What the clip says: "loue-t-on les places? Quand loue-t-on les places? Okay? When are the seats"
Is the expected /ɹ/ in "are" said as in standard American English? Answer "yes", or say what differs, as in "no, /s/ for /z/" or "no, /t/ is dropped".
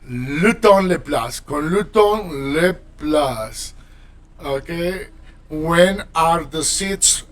yes